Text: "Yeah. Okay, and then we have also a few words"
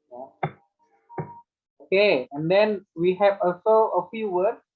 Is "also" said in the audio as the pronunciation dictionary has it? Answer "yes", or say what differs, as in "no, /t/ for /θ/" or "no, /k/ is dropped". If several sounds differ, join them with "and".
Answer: yes